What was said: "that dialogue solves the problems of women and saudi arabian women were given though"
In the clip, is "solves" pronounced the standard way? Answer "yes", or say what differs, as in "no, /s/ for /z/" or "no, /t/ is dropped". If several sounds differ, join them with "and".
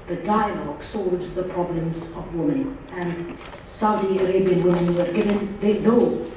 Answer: yes